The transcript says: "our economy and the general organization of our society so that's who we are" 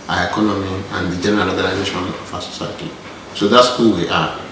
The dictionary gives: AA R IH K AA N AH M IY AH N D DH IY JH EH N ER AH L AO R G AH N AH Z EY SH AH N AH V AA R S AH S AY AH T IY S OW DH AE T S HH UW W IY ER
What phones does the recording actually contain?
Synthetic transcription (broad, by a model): AA IH K AA N AH M IY AH N D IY JH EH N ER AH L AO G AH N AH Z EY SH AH N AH F AA S AH S AY AH T IY S OW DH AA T S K UW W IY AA